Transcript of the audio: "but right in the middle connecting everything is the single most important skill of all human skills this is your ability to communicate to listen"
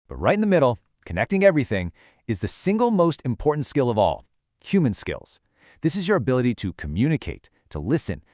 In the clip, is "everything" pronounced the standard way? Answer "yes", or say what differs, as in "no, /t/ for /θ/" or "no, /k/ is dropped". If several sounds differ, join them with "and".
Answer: yes